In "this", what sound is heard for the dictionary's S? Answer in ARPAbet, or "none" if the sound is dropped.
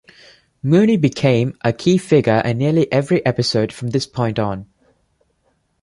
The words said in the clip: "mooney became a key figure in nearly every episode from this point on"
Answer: S